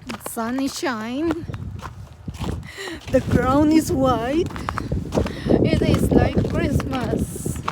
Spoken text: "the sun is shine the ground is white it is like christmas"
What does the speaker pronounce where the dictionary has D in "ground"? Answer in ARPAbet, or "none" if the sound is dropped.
none